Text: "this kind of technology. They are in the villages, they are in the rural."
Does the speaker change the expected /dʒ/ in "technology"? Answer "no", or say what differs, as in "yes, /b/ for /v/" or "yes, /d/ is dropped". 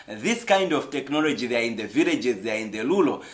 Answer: no